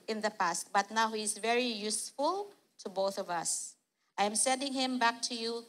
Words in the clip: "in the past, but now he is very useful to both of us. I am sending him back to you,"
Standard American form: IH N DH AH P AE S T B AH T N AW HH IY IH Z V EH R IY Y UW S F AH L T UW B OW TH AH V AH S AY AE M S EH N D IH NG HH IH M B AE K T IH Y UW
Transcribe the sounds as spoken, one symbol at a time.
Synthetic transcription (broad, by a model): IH N DH AH P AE S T B AH T N AW HH IY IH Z V EH R IY Y UW S F AH L T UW B OW TH AH V AH S AY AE M S EH N D IH NG HH IH M B AE K T IH Y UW